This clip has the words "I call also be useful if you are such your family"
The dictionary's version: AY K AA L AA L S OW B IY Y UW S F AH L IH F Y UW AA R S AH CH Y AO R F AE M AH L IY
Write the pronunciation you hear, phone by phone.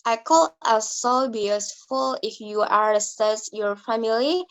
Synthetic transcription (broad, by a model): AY K AA L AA S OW B IY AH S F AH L IH F Y UW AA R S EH S Y AO R F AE M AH L IY